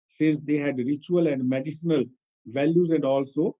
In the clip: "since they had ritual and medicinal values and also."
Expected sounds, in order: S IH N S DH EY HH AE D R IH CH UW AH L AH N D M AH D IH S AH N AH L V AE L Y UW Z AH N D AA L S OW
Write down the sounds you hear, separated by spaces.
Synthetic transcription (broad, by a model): S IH N S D EY HH AE D R IH CH UW AH L AH N D M AH D IH S AH N AH L V AE L Y UW Z AH N D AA L S OW